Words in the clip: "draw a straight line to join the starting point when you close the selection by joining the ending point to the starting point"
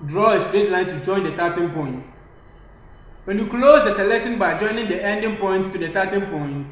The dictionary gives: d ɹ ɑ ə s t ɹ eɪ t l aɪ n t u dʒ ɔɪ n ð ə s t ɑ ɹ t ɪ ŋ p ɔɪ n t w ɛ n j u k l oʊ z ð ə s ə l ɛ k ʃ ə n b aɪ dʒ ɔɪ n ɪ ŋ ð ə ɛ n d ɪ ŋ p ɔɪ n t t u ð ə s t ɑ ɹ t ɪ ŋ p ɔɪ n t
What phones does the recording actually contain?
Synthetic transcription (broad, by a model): d ɹ ɑ ə s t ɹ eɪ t l aɪ n t u dʒ ɔɪ n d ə s t ɑ t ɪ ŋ p ɔɪ n t w ɛ n j u k l oʊ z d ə s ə l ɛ k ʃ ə n b aɪ dʒ ɔɪ n ɪ ŋ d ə ɛ n d ɪ ŋ p ɔɪ n t t u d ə s t ɑ t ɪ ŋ p ɔɪ n t